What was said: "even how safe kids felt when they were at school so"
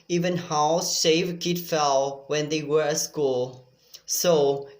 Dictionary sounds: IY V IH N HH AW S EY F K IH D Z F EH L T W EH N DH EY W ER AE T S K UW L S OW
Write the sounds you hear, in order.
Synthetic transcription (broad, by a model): IY V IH N HH AW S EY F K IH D F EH L W EH N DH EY W ER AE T S K UW L S OW